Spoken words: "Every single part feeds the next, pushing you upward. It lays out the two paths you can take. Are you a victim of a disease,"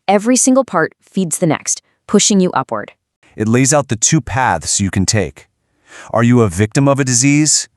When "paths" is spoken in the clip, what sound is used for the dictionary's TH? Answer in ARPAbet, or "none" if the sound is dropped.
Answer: TH